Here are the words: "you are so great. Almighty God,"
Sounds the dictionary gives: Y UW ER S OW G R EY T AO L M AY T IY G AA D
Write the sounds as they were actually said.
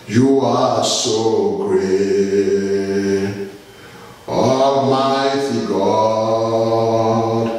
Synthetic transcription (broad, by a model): Y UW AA S OW G R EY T AO M AY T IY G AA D